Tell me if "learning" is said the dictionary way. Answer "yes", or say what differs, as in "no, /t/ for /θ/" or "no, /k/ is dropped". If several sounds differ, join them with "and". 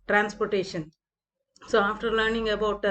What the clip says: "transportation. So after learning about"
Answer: yes